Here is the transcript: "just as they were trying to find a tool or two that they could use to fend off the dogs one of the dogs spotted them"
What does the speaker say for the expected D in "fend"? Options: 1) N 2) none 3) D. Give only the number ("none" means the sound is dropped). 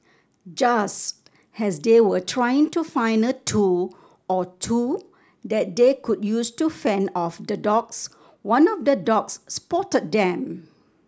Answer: 2